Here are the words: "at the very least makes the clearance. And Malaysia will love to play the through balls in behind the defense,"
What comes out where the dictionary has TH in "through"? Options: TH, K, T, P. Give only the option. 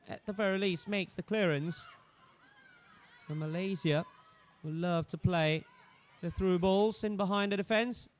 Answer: TH